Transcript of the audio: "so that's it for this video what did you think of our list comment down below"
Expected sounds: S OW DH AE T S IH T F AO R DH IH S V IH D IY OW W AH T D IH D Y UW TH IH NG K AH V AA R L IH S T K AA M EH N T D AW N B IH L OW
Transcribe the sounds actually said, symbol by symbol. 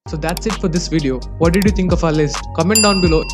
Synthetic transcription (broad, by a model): S OW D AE T S IH T F AO R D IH S V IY D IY OW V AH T D IH D Y UW T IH NG K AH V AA L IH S K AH M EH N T D AW N B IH L OW